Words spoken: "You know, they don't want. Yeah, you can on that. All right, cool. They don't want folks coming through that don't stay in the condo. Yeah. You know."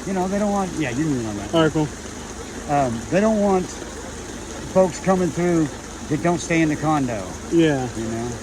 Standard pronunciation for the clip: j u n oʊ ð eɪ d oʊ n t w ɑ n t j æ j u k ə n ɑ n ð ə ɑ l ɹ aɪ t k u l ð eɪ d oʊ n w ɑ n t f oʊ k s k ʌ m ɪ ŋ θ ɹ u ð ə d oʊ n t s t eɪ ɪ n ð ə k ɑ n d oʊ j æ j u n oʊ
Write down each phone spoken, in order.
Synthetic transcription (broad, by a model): j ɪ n oʊ ð eɪ d oʊ n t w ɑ n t j æ j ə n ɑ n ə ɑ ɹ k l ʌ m ð eɪ d oʊ n w ɑ n t f oʊ k s k ʌ m ɪ ŋ θ ɹ u ð ə d oʊ n t s t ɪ ɪ n ð ə k ɑ n d oʊ j æ j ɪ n oʊ